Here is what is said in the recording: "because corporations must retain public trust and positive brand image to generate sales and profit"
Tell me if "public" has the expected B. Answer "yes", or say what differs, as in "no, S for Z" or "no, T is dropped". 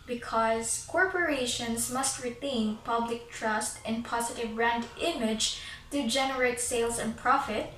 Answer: yes